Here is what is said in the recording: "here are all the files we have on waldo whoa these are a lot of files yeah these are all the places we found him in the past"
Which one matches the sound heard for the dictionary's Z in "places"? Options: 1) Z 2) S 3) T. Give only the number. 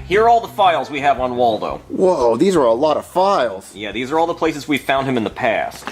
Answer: 1